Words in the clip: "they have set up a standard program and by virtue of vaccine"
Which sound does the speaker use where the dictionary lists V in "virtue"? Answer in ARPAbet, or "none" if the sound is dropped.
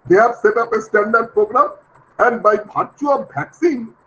B